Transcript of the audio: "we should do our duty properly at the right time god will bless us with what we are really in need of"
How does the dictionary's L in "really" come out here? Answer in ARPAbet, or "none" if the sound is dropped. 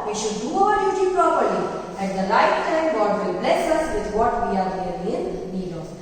none